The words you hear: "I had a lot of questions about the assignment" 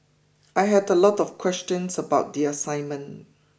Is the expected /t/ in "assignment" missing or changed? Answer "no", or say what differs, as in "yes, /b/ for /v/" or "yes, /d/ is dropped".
yes, /t/ is dropped